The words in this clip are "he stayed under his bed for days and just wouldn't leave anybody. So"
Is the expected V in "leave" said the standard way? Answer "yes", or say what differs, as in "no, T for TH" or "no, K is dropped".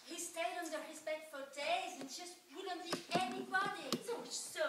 no, V is dropped